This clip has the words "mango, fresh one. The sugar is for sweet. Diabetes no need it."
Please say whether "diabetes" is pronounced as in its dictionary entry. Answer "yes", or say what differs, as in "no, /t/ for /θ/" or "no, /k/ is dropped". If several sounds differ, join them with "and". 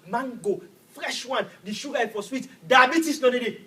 no, /s/ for /z/